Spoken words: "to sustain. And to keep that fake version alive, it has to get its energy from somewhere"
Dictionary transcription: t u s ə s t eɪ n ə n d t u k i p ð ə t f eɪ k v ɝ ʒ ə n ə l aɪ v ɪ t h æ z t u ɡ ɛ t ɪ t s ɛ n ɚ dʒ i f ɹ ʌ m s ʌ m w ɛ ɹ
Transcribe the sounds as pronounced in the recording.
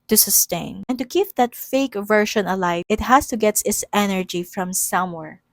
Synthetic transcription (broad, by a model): t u s ə s t eɪ n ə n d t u k i p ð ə t f eɪ k v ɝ ʃ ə n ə l aɪ ɪ t h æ s t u ɡ ɛ t ɪ t s ɛ n ɚ dʒ i f ɹ ʌ m s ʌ m w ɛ ɹ